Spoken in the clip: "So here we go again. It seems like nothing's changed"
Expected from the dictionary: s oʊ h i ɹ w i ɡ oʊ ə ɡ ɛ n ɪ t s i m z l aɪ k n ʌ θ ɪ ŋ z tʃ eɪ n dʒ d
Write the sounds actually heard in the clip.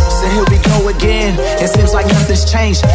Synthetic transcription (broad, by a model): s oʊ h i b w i ɡ oʊ ə ɡ ɛ n ɪ t s i m z l aɪ k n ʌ f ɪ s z tʃ eɪ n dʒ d